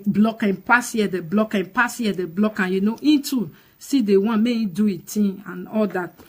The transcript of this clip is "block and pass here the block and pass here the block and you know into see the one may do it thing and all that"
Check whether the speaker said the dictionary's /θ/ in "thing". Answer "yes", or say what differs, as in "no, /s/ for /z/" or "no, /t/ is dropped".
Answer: no, /t/ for /θ/